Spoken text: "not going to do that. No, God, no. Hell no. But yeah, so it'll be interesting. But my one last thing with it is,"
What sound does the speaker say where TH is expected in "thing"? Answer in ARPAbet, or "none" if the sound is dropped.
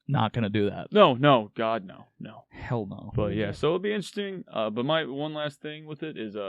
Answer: TH